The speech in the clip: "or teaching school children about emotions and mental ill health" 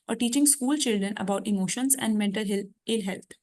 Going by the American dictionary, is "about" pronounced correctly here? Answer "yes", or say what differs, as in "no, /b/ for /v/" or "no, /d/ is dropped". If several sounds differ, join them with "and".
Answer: yes